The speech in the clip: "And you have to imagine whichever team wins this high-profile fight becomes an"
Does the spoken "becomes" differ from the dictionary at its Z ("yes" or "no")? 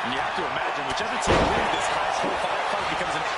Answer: no